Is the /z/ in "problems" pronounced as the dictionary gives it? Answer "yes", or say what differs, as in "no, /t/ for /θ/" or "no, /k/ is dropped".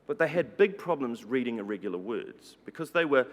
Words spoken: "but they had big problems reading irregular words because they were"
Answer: yes